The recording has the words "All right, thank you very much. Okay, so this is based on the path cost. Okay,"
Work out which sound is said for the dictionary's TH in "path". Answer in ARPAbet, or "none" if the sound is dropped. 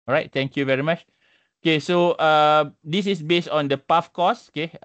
F